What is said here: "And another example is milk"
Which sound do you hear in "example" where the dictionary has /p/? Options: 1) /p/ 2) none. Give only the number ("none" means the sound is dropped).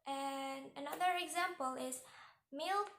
1